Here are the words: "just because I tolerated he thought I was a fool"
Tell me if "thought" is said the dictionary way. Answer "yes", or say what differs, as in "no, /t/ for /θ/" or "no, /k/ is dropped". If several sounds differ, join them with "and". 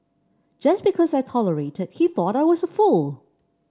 yes